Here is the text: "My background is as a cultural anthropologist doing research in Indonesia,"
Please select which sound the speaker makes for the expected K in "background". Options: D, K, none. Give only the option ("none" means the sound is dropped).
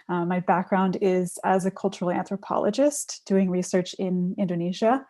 K